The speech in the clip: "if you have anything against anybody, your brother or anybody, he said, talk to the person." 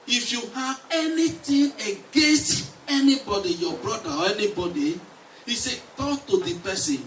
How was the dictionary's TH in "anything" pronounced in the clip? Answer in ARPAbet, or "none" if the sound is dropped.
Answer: T